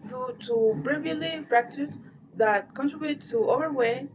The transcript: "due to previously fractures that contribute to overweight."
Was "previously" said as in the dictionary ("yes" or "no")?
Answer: no